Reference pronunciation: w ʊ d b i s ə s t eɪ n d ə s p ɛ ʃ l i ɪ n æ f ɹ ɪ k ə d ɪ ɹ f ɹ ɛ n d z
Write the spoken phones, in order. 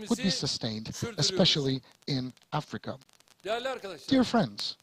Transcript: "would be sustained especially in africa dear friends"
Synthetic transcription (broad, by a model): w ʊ d b i s ə s t eɪ n d ə s p ɛ ʃ l i ɪ n æ f ɹ ɪ k ə d ɪ ɹ f ɹ ɛ n d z